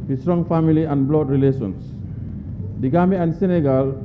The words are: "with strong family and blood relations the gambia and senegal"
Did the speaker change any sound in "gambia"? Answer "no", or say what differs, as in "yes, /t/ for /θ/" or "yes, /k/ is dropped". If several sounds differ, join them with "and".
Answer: yes, /b/ is dropped